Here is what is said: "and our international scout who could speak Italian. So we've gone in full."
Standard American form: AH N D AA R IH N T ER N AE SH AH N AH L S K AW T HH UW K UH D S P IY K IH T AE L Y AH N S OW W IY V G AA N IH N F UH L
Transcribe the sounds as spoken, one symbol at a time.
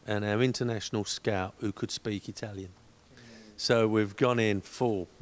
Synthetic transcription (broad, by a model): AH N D AA R IH N T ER N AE SH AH N AH L S K AW T HH UW K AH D S P IY K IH T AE L Y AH N S OW W IY V G AA N IH N F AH